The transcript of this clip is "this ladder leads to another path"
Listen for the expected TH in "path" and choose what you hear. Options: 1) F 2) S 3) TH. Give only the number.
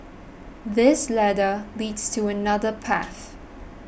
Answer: 3